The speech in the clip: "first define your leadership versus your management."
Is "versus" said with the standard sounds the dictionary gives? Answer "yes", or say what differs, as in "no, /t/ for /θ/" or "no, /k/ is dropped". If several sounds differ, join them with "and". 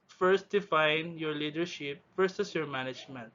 no, /f/ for /v/